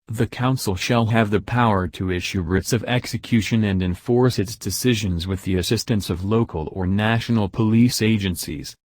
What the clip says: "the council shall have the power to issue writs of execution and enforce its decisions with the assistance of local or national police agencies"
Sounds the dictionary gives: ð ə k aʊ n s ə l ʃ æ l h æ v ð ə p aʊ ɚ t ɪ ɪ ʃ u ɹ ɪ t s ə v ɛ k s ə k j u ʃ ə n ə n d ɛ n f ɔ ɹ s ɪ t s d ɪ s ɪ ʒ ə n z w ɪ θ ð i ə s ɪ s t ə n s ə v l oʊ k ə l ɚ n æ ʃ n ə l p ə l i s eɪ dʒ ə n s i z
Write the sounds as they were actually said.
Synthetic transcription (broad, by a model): ð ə k aʊ n s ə l ʃ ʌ l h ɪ v ð ə p aʊ ɚ t ɪ ɪ ʃ u ɹ ɪ t s ə v ɛ k s ə k j u ʃ ə n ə n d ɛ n f ɔ ɹ s ɪ t s d ɪ s ɪ ʒ ə n z w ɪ ð i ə s ɪ s t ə n s ə v l oʊ k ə l ɚ n æ ʃ n l p ə l i s eɪ dʒ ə n s i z